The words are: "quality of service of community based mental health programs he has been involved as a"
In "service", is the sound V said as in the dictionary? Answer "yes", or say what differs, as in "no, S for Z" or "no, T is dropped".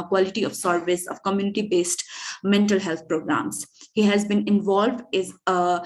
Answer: yes